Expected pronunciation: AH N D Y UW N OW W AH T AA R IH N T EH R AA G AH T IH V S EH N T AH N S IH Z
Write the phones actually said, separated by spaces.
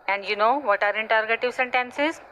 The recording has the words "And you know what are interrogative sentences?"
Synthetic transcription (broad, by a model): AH N D Y UW N OW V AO T AA R IH N T EH R AA G AH T IH V S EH N T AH N S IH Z